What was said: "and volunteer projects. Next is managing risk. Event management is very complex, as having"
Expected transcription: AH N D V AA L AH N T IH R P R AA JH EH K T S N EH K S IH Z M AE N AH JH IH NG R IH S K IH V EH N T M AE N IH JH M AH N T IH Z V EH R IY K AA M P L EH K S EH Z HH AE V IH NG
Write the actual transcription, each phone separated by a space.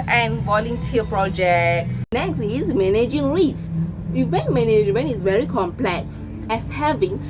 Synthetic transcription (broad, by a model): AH N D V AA L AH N T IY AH P R AA JH EH K T S N EH K S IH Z M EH N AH JH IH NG R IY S IH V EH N M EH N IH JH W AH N IH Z V EH R IY K AA M P L EH K S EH S HH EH V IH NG